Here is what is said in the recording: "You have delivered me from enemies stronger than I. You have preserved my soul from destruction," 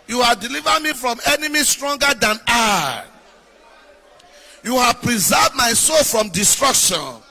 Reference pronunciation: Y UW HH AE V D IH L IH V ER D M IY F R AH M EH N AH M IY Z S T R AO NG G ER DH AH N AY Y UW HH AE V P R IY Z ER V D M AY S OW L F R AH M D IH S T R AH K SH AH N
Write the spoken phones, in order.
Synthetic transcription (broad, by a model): Y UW HH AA V D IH L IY V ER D M IY F R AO M EH N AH M IY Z S T R AO NG G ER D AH N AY Y UW HH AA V P R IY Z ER V D M AY S OW L F R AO M D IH S T R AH K SH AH N